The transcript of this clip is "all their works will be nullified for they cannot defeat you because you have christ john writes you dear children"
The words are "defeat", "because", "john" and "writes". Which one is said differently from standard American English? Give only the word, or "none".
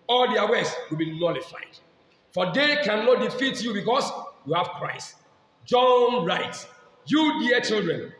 because